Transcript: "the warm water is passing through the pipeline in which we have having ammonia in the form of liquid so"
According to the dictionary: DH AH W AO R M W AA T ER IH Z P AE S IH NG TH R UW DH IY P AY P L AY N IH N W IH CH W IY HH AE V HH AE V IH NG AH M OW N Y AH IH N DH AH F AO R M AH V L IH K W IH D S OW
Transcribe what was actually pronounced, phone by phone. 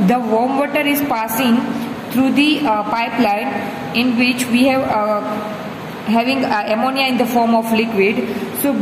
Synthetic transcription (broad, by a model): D AH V AO R M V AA T ER IH Z P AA S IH NG T R UW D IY P AY P L AY N IH N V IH CH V IY HH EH V HH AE V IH NG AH M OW N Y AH IH N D AH F AO R M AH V L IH K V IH D S OW